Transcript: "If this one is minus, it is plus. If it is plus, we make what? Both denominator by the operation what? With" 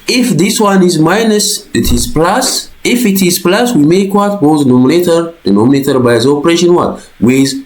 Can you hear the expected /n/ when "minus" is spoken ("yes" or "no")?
yes